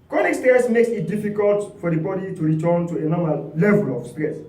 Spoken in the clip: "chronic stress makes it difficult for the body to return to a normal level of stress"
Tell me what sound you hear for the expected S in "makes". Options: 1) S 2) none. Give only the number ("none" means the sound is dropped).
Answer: 1